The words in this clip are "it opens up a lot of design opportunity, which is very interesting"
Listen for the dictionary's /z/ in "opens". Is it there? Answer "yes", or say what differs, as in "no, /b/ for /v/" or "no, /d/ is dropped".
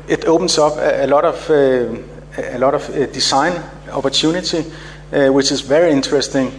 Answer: no, /s/ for /z/